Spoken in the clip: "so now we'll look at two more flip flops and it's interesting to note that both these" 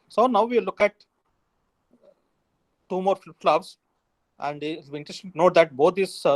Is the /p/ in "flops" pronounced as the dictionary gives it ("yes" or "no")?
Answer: no